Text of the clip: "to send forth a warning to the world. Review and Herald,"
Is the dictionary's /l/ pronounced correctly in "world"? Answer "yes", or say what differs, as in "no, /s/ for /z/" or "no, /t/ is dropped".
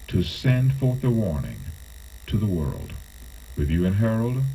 yes